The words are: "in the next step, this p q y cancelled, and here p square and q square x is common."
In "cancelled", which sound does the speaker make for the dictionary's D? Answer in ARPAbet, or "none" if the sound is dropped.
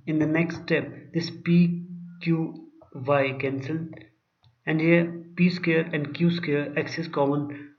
none